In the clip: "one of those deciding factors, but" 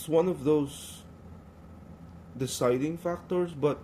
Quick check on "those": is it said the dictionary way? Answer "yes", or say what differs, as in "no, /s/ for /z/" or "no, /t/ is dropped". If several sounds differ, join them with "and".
no, /s/ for /z/